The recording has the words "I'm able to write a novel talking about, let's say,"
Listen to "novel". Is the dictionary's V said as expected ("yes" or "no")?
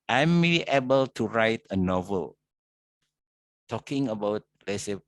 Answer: yes